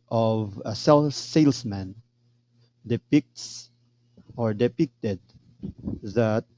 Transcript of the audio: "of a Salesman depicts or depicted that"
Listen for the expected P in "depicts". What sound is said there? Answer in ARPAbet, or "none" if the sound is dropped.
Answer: P